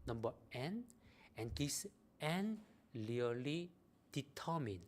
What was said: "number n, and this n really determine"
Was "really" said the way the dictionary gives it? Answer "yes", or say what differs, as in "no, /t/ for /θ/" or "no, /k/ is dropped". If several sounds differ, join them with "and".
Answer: no, /l/ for /ɹ/